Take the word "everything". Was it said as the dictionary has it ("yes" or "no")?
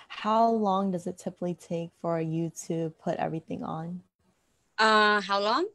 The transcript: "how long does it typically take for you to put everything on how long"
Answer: yes